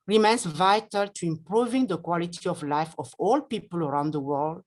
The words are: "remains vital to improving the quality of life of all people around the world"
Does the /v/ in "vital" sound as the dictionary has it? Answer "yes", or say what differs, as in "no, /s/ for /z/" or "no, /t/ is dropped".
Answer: yes